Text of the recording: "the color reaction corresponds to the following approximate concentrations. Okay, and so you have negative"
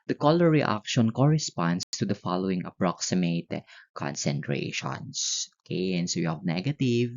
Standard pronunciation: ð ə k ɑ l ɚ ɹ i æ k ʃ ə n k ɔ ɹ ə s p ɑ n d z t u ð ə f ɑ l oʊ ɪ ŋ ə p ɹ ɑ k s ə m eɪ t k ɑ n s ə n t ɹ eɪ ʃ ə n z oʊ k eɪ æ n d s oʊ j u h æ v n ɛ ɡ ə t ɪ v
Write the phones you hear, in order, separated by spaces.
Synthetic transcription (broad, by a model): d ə k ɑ l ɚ ɹ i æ k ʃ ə n k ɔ ɹ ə s p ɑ n d s t u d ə f ɑ l oʊ ɪ ŋ ə p ɹ ɑ k s ə m eɪ t k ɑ n s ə n t ɹ eɪ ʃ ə n s oʊ k eɪ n s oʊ j u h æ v n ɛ ɡ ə t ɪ v